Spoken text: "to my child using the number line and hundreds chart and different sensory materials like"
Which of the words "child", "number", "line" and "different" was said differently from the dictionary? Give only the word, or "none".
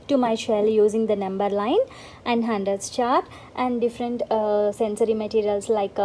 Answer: child